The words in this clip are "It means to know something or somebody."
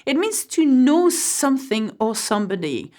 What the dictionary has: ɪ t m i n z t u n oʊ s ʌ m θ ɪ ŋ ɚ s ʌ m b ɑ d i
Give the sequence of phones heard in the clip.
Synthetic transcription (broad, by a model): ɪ t m i n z t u n oʊ s ʌ m θ ɪ ŋ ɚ s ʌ m b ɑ d i